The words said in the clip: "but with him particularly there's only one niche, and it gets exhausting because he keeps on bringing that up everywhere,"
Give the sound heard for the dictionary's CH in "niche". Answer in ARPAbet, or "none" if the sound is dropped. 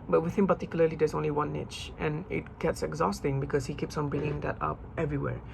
CH